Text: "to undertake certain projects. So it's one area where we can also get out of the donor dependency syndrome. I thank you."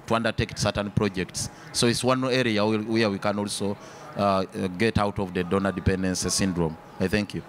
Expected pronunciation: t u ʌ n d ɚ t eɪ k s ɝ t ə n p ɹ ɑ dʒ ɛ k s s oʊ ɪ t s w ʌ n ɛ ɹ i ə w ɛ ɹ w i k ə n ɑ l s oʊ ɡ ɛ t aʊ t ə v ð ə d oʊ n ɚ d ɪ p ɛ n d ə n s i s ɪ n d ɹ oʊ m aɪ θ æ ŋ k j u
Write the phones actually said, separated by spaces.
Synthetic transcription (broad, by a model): t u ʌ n d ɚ t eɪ k s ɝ t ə n p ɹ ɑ dʒ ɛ k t s oʊ ɪ t s w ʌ n ɛ ɹ i ə w ɛ ɹ w i k ə n ɑ l s oʊ ɡ ɛ t aʊ t ə v ð ə d oʊ n ɚ d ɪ p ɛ n d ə n s s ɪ n d ɹ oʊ m aɪ θ æ ŋ k j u